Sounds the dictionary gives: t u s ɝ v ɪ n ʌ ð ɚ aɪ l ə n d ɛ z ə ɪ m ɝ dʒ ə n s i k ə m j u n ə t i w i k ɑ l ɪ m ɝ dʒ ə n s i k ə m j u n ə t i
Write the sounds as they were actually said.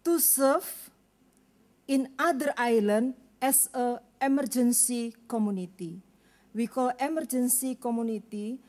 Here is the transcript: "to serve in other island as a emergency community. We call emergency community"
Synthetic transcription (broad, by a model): t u s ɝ f ɪ n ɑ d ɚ aɪ l ə n d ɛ s ə ɪ m ɝ dʒ ə n s i k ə m u n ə t i w i k ɑ l ɪ m ɝ dʒ ə n s i k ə m u n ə t i